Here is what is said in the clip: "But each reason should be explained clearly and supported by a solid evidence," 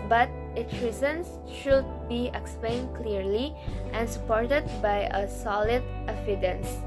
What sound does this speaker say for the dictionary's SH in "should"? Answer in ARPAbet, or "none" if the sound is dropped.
SH